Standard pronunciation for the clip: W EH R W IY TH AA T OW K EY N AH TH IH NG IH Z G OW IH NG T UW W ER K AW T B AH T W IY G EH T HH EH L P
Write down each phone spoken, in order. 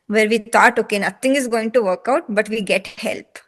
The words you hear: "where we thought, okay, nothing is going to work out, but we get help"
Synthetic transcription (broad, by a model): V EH R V IY T AA T OW K EY N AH T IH NG IH Z G OW IH NG T UW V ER K AW T B AH T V IY G EH T HH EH L P